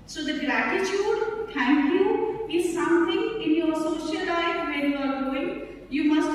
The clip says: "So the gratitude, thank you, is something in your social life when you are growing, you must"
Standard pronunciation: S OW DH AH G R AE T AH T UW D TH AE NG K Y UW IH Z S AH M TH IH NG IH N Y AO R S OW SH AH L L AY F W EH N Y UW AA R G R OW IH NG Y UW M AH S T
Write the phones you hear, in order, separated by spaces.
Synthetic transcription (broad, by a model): S OW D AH G R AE T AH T UW D T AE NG K Y UW IH Z S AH M T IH NG IH N Y AO R S OW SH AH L L AY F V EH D Y UW AA R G OW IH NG Y UW M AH S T